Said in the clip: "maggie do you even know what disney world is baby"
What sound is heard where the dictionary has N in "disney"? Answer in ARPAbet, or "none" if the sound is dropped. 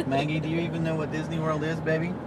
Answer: N